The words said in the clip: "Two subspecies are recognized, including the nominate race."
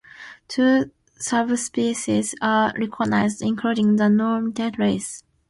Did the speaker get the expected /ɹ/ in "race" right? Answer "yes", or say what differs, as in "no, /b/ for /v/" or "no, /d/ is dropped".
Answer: yes